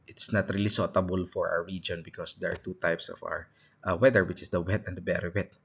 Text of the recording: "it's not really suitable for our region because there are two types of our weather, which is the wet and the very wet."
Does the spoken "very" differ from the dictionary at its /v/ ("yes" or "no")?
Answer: yes